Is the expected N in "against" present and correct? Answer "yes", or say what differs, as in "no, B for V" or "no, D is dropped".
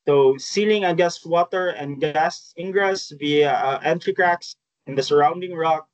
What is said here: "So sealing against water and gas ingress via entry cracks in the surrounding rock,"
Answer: no, N is dropped